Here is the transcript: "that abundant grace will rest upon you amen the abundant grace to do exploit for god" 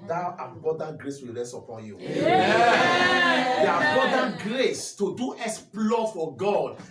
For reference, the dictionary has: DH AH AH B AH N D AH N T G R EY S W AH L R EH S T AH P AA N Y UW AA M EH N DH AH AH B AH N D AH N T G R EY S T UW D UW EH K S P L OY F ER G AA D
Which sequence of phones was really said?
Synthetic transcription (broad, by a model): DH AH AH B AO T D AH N G R EY S W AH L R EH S AH P AA N Y UW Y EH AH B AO D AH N G R EY S T UW D UW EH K S P L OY F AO G AA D